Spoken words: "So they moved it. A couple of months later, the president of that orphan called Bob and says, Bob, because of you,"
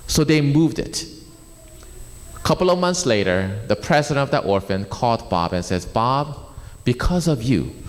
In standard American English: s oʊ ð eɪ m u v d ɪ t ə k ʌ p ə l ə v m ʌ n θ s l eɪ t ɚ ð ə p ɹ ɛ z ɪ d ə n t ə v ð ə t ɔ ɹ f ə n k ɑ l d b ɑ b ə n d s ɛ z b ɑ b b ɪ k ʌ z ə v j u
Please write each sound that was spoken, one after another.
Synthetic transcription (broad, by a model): s oʊ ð eɪ m u v d ɪ t ə k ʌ p l ə v m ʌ n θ s l eɪ t ɚ ð ə p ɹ ɛ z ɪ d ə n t ə v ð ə t ɔ ɹ f ə n k ɑ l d b ɑ b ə n s ɛ z b ɑ b b ɪ k ʌ z ə v j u